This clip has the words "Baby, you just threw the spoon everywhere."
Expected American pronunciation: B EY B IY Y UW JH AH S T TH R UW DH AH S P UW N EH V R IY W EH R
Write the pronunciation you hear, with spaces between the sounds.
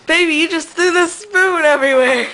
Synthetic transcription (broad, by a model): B EY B IY Y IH JH AH S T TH UW DH AH S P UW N EH V R IY W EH R